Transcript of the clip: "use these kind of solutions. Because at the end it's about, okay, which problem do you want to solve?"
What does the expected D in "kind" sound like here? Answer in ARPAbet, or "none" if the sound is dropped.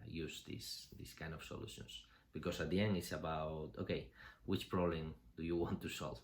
D